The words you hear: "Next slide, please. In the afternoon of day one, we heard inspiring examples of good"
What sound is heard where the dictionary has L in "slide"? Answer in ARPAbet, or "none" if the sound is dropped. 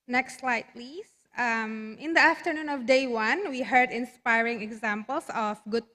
L